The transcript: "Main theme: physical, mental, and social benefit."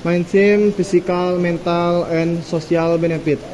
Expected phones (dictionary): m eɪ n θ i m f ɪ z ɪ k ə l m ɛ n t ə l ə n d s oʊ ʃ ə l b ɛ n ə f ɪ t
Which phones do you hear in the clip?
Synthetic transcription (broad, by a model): m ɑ n s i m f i s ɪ k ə l m ɛ n t ə l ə n s oʊ s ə l b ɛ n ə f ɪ t